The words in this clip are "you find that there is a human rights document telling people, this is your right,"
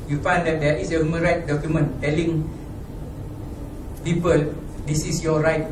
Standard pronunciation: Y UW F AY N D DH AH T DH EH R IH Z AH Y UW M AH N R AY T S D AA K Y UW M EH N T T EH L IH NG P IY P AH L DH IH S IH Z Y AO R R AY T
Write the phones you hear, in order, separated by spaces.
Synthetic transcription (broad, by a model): Y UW F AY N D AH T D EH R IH S AH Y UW M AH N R AY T D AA K Y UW M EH N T T EH L IH NG P IY P AH L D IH S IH S Y AO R R AY T